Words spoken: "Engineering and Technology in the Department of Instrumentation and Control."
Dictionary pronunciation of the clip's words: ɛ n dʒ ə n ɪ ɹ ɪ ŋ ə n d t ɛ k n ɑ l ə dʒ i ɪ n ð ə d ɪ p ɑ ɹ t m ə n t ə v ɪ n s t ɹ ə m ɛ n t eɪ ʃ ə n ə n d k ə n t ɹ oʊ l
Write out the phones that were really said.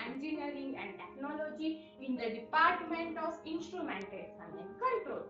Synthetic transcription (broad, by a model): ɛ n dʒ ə n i ɹ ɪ ŋ ə n d t ɛ k n ɑ l ə dʒ i ɪ n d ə d ɪ p ɑ ɹ t m ə n t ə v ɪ n s t ɹ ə m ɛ n t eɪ s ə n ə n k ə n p ɹ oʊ